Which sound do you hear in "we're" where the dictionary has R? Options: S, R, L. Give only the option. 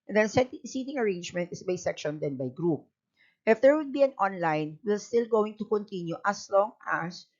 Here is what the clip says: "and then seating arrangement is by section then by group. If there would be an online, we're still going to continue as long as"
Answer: L